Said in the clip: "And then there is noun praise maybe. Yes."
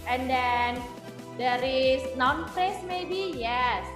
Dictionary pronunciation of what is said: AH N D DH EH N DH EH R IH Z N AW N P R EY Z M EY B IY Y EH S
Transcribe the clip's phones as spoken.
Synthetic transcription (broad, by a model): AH N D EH N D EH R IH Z N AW N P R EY S M EY B IY Y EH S